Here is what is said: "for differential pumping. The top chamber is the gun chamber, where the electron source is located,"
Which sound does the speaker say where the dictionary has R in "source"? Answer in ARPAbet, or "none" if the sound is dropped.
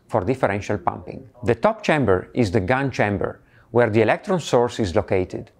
R